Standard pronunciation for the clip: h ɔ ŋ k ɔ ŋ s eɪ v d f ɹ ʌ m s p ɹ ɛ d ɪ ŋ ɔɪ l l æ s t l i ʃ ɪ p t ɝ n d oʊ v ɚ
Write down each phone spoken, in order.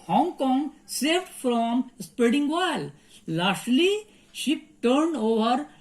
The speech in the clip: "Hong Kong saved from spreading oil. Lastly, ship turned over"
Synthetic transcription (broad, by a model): h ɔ ŋ k ɔ ŋ s eɪ v d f ɹ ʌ m s p ɹ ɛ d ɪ ŋ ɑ l l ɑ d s l i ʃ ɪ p t ɝ n d oʊ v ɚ